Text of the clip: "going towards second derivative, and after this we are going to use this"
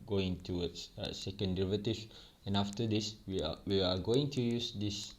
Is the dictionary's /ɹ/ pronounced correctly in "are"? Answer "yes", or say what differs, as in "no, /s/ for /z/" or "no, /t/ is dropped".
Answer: no, /w/ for /ɹ/